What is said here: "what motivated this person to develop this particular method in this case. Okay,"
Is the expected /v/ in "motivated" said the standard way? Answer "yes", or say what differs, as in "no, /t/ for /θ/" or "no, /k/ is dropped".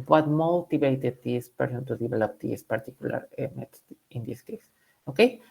no, /b/ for /v/